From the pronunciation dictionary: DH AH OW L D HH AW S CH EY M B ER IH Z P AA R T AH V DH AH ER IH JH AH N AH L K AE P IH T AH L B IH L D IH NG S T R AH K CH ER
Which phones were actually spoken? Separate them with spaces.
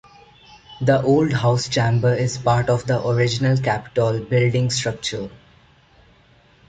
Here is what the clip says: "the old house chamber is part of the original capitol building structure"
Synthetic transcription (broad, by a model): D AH OW L D HH AW S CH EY M B ER IH Z P AA R T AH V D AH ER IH JH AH N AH L K AE P IH T AH L B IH L D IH NG S T R AH K CH ER